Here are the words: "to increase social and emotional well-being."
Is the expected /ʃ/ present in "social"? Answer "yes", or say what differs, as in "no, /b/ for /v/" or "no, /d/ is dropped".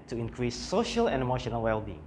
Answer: yes